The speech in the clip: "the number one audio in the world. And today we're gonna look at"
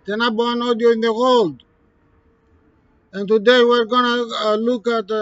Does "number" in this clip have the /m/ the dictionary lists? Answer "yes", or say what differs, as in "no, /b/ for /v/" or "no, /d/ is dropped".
no, /m/ is dropped